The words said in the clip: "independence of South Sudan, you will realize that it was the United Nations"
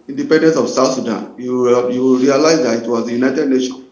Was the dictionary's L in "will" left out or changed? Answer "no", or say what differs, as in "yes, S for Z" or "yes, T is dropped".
yes, W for L